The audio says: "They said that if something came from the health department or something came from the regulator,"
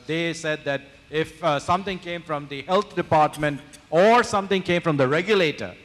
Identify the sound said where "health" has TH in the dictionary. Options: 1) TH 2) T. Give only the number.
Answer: 2